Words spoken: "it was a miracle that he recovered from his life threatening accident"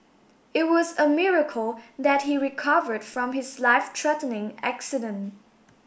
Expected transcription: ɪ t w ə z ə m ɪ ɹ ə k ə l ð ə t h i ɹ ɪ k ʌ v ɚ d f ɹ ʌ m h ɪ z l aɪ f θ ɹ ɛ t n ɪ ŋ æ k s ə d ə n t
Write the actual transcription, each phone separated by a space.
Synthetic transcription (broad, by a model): ɪ t w ə z ə m ɪ ɹ ə k ə l ð ə t h i ɹ ɪ k ʌ v ɚ d f ɹ ʌ m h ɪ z l aɪ f t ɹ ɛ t n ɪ ŋ æ k s ə d ə n t